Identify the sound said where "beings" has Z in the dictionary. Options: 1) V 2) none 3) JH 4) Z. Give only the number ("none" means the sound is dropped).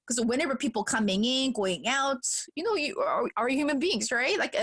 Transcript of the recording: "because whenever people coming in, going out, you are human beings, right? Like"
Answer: 4